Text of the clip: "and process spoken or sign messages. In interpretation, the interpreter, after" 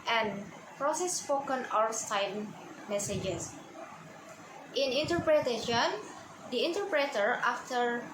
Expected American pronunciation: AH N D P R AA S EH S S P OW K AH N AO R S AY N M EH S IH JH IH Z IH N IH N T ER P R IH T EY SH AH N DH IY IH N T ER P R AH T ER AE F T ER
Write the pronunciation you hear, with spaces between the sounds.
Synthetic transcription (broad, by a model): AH N P R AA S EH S S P OW K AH N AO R S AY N M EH S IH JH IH S IH N IH N T ER P R IH T EY SH AH N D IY IH N T ER P R AH T ER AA F T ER